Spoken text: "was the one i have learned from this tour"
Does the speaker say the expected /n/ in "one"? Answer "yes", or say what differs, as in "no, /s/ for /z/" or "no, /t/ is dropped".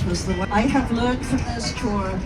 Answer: no, /n/ is dropped